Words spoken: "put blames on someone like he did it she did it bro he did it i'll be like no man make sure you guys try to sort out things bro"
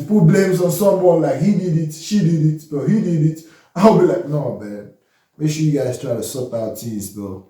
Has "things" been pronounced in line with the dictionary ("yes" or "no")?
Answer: no